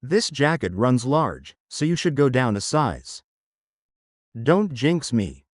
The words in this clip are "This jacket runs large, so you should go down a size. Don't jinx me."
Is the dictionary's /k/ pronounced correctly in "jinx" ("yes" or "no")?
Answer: yes